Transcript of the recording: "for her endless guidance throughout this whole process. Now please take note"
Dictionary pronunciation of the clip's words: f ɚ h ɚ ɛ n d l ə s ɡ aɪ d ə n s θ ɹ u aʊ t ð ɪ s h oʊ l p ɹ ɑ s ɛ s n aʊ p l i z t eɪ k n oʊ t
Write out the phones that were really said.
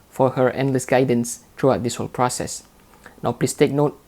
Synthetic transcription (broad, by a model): f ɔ h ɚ ɛ n d l ə s ɡ aɪ d ə n s t ɹ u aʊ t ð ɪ s h oʊ l p ɹ ɑ s ɛ s n aʊ p l i s t eɪ k n oʊ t